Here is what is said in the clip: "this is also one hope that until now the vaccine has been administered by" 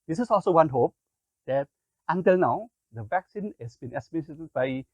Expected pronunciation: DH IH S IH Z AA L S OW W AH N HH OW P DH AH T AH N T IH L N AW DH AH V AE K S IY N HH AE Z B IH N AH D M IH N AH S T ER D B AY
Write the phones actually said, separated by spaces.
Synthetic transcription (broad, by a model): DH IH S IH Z AA L S OW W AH N HH OW P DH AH T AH N T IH L N AW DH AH V AE K S IY N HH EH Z B IH N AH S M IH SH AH T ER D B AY